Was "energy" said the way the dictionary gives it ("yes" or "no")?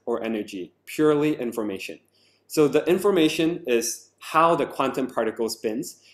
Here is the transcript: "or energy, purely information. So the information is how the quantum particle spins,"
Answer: yes